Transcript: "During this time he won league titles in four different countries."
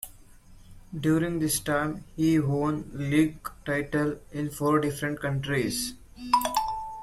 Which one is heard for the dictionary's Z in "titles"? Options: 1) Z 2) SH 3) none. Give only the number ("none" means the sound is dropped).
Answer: 3